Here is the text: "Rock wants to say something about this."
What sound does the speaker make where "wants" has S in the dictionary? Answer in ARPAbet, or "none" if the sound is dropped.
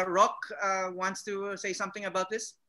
S